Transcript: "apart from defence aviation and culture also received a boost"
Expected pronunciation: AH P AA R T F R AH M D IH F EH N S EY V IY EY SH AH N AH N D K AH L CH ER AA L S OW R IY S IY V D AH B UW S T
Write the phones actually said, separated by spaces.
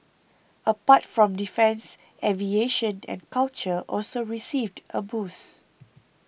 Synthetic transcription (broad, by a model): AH P AA T F R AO M D IH F EH N S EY V IY EY SH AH N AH N K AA L CH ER AA L S OW R IY S IY V D AH B UW S